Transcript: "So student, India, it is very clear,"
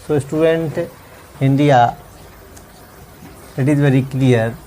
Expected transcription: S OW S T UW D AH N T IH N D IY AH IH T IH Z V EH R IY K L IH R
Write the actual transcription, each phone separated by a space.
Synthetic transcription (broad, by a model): S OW S T UW D AH N T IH N D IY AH IH T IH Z V EH R IY K L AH R